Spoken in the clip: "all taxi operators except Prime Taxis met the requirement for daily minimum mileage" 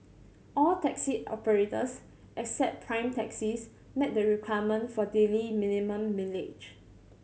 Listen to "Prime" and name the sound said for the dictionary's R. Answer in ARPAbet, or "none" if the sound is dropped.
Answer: R